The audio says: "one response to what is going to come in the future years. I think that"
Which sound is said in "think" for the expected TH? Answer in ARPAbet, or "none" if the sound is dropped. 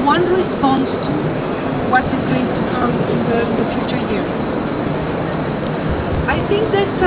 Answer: TH